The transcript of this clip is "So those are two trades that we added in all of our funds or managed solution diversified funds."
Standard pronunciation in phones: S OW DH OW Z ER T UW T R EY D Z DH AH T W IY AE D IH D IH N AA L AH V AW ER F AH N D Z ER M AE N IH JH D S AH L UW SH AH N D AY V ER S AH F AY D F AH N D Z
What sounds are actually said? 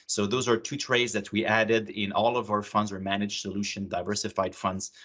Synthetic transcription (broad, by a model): S OW DH OW Z ER T UW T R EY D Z DH AH T W IY AE D IH D IH N AA L AH V AW ER F AH N D Z ER M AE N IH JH S AH L UW SH AH N D AY V ER S AH F AY D F AH N D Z